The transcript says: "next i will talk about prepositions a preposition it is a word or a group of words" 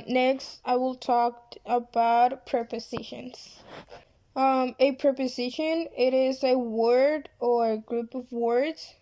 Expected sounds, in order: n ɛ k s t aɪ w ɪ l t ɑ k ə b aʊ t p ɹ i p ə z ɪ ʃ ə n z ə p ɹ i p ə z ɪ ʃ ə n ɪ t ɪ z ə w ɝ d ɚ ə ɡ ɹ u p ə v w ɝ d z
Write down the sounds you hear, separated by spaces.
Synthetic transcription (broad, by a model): n ɛ k s t aɪ w ɪ l t ɑ k ə b aʊ t p ɹ i p ə z ɪ ʃ ə n z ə p ɹ i p ə z ɪ ʃ ə n ɪ t ɪ z ə w ɝ d ɚ ə ɡ ɹ u p ə v w ɝ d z